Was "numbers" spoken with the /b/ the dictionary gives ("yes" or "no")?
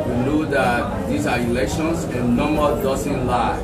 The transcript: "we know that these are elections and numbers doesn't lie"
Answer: no